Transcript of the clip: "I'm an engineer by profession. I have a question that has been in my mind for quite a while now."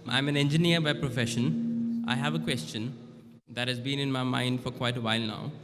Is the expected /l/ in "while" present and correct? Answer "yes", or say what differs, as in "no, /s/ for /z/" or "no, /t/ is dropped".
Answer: yes